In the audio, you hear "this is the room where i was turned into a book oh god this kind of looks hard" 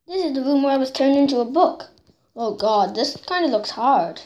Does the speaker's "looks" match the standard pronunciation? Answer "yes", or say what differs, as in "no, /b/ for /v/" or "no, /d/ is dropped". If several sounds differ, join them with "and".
yes